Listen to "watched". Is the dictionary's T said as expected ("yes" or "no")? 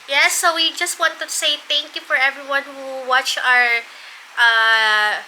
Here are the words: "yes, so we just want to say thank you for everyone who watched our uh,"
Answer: no